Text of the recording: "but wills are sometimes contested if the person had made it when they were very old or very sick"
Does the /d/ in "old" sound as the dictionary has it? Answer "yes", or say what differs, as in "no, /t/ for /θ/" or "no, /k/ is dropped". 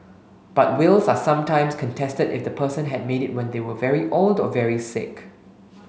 yes